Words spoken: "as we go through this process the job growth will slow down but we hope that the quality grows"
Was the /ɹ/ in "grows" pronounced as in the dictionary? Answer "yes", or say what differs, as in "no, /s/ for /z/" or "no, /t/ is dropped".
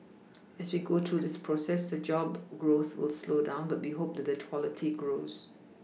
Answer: yes